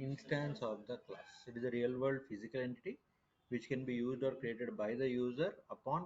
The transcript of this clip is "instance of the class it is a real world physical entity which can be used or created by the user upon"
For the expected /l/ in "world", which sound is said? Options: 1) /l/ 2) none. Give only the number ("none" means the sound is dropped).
2